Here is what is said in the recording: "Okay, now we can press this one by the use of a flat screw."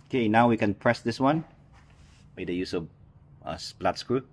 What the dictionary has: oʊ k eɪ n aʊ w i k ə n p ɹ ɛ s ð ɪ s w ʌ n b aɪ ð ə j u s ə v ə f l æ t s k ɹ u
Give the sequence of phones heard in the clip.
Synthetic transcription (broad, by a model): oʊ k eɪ n aʊ w i k ə n p ɹ ɛ s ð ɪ s w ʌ n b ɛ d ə j u s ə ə p l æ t s k ɹ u